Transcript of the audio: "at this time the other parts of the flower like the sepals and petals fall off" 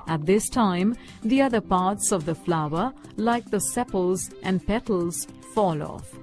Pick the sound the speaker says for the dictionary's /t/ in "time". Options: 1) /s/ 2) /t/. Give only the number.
2